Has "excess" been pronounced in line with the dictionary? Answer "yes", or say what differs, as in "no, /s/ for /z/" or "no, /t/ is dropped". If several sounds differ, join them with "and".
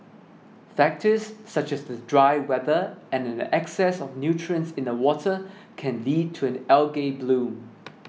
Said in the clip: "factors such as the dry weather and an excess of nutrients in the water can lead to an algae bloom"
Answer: yes